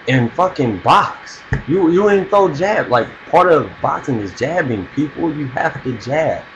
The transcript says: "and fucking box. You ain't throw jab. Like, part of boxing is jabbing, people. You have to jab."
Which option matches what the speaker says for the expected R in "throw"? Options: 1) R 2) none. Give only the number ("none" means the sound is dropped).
2